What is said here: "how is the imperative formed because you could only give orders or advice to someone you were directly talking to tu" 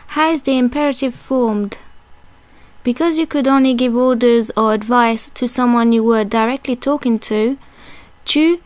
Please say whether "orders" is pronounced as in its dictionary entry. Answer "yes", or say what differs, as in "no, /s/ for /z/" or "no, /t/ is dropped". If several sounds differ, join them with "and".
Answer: yes